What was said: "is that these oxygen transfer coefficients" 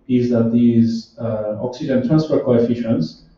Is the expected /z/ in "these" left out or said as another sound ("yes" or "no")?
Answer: no